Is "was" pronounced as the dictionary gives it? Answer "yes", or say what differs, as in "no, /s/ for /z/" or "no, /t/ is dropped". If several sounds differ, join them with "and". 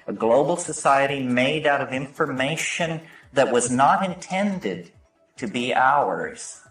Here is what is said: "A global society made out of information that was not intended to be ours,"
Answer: yes